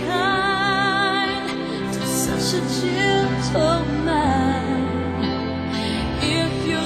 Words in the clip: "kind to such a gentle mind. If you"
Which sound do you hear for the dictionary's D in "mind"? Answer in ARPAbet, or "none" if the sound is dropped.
none